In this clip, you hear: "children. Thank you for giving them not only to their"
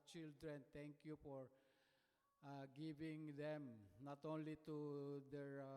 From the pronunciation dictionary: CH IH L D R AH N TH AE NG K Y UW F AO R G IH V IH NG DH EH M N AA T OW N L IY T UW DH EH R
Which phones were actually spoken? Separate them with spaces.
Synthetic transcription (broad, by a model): CH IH L D R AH N T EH NG K Y UW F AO R G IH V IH NG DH EH M N AA T OW N L IY T UW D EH R